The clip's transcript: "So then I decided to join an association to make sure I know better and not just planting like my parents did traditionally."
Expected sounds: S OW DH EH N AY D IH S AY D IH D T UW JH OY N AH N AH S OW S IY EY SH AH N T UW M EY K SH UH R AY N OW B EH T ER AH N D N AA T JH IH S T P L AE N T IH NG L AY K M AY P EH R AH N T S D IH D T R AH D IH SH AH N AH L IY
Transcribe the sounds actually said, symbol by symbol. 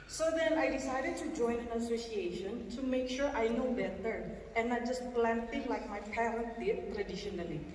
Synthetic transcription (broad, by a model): S OW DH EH N AY D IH S AY D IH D T UW JH OY N AH N AH S OW S IY EY SH AH N T UW M EY K SH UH R AY N OW B EH T ER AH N N AA T JH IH S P L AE N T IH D L AY K M AY P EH R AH N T D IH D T R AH D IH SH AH N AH L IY